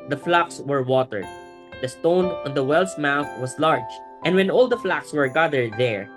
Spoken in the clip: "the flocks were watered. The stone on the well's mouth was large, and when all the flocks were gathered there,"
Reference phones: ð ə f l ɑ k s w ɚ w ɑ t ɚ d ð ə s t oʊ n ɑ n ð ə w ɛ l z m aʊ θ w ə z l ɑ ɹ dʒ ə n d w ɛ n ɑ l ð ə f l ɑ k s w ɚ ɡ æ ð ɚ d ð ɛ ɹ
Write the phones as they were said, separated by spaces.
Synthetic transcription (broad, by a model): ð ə f l ɑ k s w ɚ w ɑ t ɚ d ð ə s t oʊ n ɑ n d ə w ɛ l s m aʊ θ w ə s l ɑ ɹ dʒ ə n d w ɛ n ɑ l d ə f l ɑ k s w ɚ ɡ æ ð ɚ d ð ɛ ɹ